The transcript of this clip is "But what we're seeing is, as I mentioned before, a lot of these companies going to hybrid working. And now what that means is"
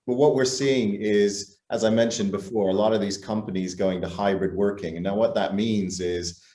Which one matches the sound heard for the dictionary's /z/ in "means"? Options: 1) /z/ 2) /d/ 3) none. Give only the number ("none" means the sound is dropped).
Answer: 1